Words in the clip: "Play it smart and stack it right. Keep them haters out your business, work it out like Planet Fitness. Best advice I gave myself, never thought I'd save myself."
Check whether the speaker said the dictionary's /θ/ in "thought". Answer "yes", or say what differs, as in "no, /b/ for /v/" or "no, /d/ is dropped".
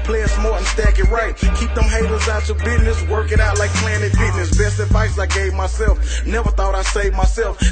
yes